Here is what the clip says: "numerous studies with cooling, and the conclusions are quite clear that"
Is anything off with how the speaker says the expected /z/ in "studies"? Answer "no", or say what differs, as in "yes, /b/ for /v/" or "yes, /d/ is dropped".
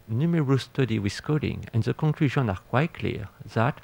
yes, /z/ is dropped